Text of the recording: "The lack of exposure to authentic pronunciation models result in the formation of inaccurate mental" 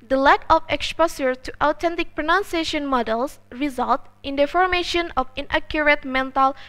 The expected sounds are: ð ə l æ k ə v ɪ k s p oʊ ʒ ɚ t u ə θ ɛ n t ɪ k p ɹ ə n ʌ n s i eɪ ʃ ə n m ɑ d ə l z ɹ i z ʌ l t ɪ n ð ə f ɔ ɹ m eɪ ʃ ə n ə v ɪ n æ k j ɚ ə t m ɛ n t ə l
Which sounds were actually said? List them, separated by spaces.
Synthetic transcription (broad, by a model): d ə l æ k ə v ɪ k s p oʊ s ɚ t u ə t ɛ n t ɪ k p ɹ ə n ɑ n s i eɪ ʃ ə n m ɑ d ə l s ɹ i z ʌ l t ɪ n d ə f ɔ ɹ m eɪ ʃ ə n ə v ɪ n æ k j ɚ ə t m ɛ n t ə l